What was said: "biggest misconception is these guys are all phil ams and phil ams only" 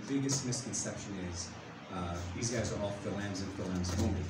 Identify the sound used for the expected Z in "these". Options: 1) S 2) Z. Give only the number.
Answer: 2